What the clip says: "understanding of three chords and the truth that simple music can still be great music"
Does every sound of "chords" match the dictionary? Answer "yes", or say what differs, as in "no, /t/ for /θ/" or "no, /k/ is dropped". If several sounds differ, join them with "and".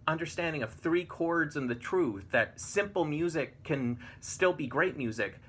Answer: yes